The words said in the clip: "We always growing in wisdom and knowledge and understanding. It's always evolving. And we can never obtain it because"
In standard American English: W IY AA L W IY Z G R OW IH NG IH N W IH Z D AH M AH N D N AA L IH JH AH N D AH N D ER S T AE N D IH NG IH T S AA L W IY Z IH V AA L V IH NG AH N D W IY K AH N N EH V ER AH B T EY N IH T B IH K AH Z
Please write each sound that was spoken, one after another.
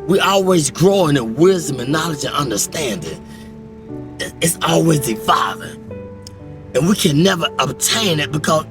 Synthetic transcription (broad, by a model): W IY AA L W IY Z G R OW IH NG IH N W IH Z D AH M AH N N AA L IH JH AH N AH N D ER S T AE N D IH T IH T S AA L W IY Z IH F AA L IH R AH N W IY K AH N N EH V ER AH B T EY N IH T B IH K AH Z